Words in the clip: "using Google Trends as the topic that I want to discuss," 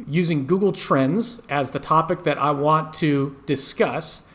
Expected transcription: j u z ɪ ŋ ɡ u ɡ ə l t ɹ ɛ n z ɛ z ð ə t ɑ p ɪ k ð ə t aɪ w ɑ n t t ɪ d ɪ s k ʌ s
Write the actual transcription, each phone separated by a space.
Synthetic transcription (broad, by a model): j u z ɪ ŋ ɡ u ɡ l t ɹ ɛ n z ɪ z ð ə t ɑ p ɪ k ð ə t aɪ w ɑ n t t ɪ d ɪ s k ʌ s